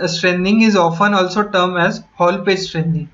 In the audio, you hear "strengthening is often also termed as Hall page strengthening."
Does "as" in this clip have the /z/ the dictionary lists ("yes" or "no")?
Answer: yes